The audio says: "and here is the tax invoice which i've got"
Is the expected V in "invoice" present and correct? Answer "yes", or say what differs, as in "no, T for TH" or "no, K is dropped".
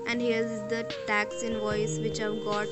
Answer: yes